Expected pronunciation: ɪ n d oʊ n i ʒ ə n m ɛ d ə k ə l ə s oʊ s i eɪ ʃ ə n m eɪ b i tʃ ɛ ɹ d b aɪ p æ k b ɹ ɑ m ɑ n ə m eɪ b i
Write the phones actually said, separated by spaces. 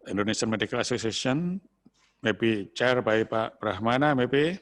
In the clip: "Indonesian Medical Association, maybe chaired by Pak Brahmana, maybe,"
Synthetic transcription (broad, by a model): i n d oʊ n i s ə n m ɛ d ə k ə l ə s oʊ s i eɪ s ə n m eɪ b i tʃ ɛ ɹ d b aɪ p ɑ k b ɹ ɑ m ɑ n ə m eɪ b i